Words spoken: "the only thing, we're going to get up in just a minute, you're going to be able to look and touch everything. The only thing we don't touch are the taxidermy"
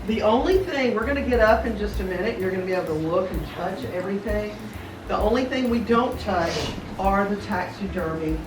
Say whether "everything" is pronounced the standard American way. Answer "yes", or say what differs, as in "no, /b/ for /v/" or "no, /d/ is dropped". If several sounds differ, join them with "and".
yes